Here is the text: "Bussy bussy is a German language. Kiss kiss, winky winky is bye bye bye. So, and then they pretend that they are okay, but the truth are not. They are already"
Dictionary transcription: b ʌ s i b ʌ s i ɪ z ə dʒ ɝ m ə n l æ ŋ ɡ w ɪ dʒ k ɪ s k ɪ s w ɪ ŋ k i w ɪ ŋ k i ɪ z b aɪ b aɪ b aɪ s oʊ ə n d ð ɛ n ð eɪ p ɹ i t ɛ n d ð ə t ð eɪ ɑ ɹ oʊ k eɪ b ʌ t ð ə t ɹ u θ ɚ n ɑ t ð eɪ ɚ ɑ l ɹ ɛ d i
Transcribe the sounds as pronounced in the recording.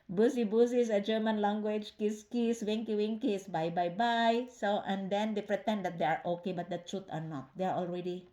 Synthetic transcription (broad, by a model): b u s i b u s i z ə dʒ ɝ m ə n l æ ŋ ɡ w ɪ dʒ k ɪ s k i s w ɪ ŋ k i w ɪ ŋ k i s b aɪ b aɪ b aɪ s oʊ ə n d ɛ n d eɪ p ɹ i t ɛ n d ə t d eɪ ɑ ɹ oʊ k eɪ b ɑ t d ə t ɹ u t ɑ n ɑ t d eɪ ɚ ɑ l ɹ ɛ d i